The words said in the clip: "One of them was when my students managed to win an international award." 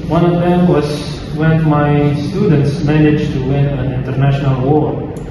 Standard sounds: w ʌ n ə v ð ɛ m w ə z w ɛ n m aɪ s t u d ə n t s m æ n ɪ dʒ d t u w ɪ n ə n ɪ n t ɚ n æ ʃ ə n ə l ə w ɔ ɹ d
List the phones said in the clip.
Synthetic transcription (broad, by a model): w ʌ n ə v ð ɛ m w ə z w ɛ n m aɪ s t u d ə n t s m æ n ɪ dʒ t u w ɪ n ə n ɪ n t ɚ n æ ʃ ə n ə l w ɔ ɹ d